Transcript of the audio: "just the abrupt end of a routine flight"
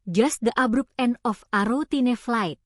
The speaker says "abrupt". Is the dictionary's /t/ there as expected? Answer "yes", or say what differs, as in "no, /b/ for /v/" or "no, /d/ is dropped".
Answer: no, /t/ is dropped